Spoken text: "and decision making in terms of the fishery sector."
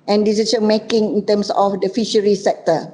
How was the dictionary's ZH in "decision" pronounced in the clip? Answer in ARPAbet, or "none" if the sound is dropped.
S